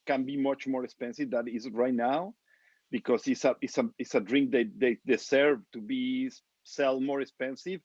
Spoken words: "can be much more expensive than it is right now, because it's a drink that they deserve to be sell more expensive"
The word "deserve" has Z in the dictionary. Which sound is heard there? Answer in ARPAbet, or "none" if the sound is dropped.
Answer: S